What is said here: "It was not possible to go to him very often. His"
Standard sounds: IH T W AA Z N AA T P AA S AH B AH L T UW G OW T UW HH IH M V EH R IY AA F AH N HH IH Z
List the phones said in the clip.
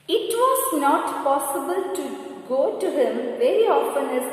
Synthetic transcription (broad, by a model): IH T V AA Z N AA T P AA S AH B AH L T UW G OW T UW HH IH M V EH R IY AA F AH N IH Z